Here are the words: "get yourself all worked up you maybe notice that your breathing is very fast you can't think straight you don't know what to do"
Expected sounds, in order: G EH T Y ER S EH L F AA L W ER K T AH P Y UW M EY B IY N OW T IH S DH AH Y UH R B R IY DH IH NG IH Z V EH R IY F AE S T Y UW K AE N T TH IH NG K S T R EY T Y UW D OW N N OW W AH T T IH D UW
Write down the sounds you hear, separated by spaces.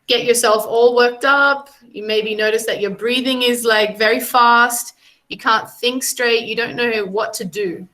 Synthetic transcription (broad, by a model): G EH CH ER S EH L F AA L W ER K T AH P Y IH M EY B IY N OW T IH S DH AH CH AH R B R IY DH IH NG IH Z V EH R IY F AE S T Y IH K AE N TH IH NG K S T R EY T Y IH D OW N N OW W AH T T IH D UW